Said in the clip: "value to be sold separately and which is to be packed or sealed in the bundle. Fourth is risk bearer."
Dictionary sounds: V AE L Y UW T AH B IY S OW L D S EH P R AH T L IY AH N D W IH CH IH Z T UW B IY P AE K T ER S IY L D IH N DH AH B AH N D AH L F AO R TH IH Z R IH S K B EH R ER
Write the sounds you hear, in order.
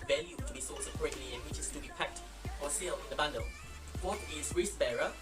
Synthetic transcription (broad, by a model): V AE L Y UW T AH B IY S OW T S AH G R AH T L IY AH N W IH CH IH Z T UW B IY P AE K T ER S IY L D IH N DH AH B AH N D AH L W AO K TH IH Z R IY S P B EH R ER